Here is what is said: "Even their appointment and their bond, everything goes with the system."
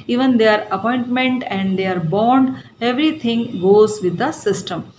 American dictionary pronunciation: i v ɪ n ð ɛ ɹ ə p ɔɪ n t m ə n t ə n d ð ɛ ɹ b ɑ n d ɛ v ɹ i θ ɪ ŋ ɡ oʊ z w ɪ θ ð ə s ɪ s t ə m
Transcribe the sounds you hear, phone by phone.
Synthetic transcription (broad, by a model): i v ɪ n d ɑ ɹ ə p ɔɪ n t m ə n t ə n d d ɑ ɹ b ɑ n d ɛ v ɹ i t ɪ ŋ ɡ oʊ z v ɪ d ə s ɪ s t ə m